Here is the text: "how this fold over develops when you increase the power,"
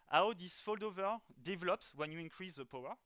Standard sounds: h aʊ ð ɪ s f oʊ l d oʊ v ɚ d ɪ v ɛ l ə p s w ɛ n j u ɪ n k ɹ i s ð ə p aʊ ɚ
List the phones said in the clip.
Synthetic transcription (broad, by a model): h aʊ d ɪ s f oʊ l d oʊ v ɚ d ɪ v ɛ l ə p s w ɛ n j u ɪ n k ɹ i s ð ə p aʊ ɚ